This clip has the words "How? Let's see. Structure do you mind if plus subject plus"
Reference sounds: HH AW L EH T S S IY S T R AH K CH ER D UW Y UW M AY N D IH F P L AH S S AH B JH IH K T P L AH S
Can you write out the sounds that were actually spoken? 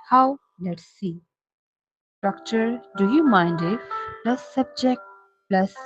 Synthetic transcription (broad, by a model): HH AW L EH T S S IY S T R AH K CH ER D UW Y UW M AY N D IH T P L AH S S AH B JH IH K T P L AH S